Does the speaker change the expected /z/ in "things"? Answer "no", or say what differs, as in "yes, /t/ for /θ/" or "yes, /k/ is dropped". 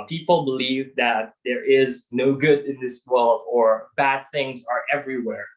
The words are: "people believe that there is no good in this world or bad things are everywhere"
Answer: no